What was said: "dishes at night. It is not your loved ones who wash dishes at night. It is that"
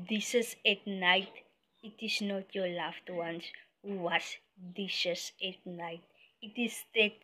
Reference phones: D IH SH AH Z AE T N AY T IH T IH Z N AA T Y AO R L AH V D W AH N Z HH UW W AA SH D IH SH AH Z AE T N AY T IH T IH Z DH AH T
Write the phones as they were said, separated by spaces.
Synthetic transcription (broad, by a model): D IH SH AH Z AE T N AY T IH T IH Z N AA T Y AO L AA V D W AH N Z HH UW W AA S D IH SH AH S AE T N AY T IH T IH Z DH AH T